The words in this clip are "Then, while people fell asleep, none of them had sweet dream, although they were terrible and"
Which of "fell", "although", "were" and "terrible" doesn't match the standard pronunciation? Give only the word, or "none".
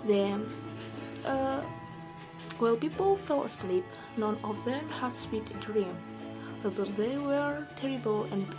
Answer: although